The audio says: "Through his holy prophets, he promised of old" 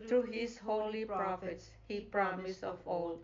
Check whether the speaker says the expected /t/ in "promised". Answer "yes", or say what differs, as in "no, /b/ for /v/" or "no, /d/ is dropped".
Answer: no, /t/ is dropped